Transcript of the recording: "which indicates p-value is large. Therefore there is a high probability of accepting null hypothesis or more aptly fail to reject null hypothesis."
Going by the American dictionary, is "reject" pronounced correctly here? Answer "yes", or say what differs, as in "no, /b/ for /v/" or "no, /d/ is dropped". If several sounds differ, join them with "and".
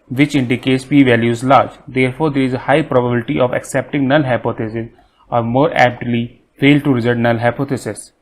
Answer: no, /z/ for /dʒ/